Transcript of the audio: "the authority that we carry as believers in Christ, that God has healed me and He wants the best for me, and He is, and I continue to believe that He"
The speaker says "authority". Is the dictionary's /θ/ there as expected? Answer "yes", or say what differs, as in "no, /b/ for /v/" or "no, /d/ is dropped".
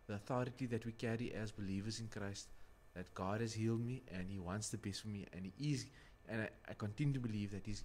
yes